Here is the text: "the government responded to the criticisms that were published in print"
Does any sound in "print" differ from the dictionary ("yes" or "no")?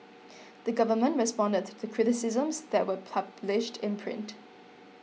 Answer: no